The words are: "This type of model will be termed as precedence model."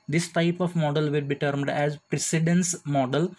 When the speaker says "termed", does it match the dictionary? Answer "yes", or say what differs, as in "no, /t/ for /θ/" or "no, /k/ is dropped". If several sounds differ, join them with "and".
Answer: yes